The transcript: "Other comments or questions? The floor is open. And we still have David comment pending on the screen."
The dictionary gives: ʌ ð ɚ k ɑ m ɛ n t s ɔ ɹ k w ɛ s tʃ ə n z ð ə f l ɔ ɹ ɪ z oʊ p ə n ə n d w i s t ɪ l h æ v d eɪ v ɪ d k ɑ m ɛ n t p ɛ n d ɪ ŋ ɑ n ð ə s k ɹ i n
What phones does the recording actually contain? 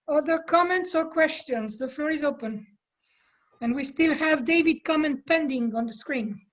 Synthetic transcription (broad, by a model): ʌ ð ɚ k ɑ m ɛ n t s ɔ ɹ k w ɛ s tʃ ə n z ð ə f l ɔ ɹ ɪ z oʊ p ə n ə n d w i s t ɪ l h æ v d eɪ v ɪ d k ɑ m ɛ n t p ɛ n d ɪ ŋ ɑ n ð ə s k ɹ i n